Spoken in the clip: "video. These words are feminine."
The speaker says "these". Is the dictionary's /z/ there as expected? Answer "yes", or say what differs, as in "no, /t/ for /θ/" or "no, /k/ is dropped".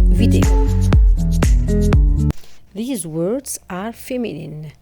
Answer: yes